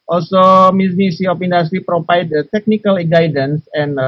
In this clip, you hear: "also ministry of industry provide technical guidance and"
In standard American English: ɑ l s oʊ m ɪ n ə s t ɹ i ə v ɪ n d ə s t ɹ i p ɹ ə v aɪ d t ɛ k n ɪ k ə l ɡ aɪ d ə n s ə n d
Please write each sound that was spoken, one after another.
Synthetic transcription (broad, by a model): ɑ l s oʊ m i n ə s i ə p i n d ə s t ɹ i p ɹ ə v aɪ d t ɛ k n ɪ k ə l ɡ aɪ d ə n s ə n